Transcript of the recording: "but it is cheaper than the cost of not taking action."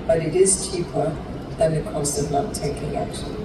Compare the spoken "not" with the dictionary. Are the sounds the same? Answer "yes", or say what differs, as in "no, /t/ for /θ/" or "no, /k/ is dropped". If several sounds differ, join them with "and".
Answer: no, /l/ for /n/